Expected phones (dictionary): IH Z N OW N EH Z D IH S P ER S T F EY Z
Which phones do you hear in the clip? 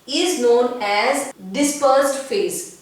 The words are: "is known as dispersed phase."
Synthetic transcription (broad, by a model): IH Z N OW N EH Z D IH S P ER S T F EY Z